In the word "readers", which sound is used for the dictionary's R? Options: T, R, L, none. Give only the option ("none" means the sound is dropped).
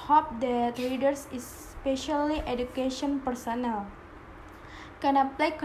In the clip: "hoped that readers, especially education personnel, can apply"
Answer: L